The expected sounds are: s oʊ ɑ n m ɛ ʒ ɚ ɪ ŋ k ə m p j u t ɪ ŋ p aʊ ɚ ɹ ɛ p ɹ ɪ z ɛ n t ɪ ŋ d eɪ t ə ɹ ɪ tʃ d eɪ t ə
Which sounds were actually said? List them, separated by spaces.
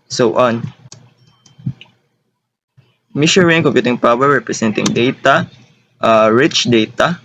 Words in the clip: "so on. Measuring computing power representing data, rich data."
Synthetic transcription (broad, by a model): s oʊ ɑ n m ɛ ʃ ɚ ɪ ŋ k ə m p j u t ɪ ŋ p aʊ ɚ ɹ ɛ p ɹ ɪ s ɛ n t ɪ ŋ d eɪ t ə ɹ ɪ tʃ d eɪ t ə